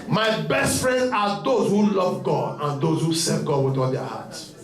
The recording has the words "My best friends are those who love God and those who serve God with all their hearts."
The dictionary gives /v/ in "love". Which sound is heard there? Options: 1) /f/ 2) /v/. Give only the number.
2